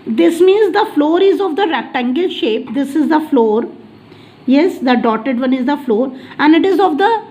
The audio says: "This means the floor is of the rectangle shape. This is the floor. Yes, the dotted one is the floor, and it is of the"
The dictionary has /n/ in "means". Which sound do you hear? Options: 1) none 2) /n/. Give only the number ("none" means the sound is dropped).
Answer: 2